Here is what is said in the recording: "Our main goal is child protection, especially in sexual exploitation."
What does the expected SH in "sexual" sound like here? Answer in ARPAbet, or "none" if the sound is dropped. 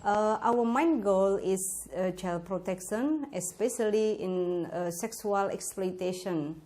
S